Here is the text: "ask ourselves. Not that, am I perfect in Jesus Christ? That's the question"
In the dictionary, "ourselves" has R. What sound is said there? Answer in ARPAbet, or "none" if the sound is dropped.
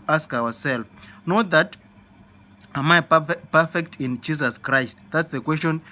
W